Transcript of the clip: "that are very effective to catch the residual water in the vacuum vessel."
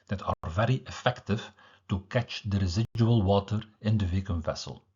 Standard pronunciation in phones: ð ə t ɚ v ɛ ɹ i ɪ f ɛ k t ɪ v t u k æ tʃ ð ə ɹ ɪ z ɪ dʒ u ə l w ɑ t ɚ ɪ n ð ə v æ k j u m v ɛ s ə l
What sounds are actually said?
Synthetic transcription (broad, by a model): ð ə t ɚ v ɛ ɹ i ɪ f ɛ k t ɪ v t u k æ tʃ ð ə ɹ ɪ z ɪ dʒ u ə l w ɑ t ɚ ɪ n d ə v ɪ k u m v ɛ s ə l